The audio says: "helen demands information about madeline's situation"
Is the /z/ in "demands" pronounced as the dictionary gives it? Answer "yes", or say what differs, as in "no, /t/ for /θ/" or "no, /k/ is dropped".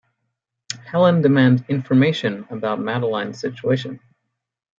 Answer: no, /z/ is dropped